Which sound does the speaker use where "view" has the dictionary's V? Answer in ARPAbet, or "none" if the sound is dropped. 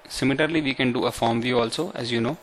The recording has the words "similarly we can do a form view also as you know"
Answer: V